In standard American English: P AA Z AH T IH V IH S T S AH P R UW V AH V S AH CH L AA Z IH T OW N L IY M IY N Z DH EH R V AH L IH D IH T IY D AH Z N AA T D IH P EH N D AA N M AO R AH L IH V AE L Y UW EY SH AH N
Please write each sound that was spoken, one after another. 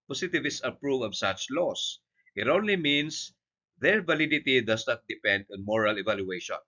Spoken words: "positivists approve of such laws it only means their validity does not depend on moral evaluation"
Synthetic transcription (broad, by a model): P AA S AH T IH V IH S S AH P R UW V AH V S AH CH L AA S IH T OW N L IY M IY N S DH EH R V AH L IH D IH T IY D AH S N AA T D IH P EH N D AA N M AO R AH L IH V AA L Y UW EY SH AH N